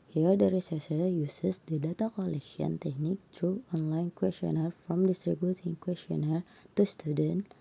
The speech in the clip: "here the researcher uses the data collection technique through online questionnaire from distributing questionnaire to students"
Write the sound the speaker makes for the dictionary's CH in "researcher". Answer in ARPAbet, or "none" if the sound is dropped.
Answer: S